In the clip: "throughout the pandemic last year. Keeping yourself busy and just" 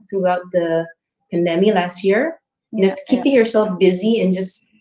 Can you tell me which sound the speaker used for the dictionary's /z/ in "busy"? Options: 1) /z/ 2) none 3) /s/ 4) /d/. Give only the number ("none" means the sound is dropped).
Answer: 1